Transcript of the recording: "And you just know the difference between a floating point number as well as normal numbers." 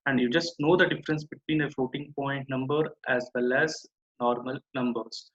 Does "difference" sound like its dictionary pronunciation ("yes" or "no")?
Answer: yes